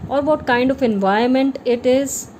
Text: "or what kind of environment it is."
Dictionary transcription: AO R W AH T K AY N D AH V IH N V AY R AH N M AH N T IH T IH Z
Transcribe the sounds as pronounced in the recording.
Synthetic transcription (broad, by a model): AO R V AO T K AY N D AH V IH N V AY AH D M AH N T IH T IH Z